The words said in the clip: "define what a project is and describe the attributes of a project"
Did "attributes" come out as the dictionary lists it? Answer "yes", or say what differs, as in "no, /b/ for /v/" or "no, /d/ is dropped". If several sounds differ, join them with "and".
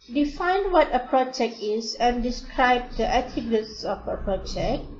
no, /ɹ/ is dropped